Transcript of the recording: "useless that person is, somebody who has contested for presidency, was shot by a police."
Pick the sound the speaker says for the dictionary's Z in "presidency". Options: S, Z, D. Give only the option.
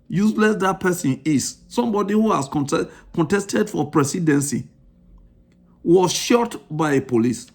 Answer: S